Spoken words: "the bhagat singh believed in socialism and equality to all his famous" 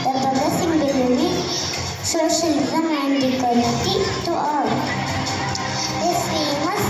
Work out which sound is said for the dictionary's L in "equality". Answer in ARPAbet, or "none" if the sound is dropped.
N